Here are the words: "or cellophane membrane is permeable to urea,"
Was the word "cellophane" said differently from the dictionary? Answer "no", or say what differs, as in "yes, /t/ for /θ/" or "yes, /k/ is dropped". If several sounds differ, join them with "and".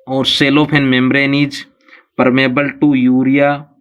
yes, /p/ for /f/